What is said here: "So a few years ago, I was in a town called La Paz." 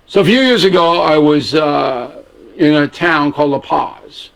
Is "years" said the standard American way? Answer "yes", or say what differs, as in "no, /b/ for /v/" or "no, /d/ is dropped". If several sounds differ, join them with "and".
yes